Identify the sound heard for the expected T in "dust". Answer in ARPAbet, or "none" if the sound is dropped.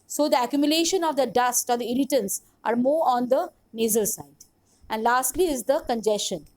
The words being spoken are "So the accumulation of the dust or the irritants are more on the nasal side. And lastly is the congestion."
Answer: T